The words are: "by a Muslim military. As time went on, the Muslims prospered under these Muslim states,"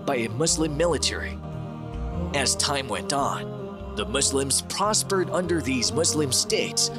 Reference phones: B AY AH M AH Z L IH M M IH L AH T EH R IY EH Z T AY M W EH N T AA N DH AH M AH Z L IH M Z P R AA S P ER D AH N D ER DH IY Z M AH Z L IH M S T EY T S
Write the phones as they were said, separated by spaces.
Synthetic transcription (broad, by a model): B AY AH M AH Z L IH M M IH L AH T EH R IY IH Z T AY M W EH N T N DH AH M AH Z L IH M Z P R AA S P ER D AH N D ER DH IY Z M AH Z L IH M S T EY T S